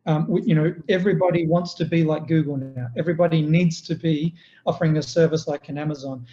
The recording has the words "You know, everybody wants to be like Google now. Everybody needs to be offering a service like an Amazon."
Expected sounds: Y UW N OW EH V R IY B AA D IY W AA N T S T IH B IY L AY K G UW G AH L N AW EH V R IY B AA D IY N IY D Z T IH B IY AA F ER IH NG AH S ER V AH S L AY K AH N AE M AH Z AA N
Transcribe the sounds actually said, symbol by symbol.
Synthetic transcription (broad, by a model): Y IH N OW EH V R IY B AA D IY W AA N T S T IH B IY L AY K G UW G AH L N AW EH V R IY B AA D IY N IY D Z T IH B IY AA F ER IH NG AH S ER V AH S L AY K AH N AE M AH Z AA N